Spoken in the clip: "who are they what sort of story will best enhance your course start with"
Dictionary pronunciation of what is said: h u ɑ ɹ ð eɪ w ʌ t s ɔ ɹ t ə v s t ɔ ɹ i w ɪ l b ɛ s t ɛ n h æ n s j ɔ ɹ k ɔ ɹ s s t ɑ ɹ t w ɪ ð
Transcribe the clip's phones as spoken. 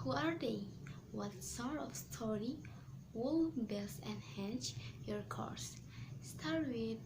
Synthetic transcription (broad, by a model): h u ɑ ɹ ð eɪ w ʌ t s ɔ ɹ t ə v s t ɔ ɹ i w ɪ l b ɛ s ɛ n h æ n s j ɔ ɹ k ɔ ɹ s s t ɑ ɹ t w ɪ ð